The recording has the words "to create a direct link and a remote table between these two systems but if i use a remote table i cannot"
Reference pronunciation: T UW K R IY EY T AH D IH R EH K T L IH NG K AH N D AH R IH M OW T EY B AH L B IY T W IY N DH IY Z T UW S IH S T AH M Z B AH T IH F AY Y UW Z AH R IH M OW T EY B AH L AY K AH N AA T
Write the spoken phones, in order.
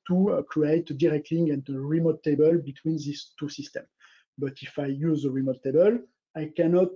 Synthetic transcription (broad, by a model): T UW K R IY EY T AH D IH R EH K T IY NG AH N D AH R IH M OW T EY B AH L B IY T W IY N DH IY S T UW S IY S T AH M B AH T IH F AY Y UW Z AH R IH M OW T EY B AH L AY K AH N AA T